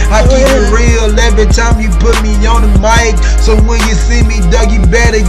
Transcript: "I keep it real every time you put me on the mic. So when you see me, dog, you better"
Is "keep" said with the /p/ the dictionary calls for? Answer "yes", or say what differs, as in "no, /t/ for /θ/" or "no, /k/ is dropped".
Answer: no, /p/ is dropped